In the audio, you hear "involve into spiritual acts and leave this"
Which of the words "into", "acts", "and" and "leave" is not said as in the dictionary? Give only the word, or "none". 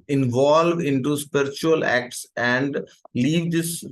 none